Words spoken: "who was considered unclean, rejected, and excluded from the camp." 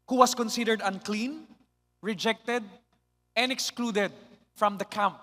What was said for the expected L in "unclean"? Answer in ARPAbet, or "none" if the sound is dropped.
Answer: L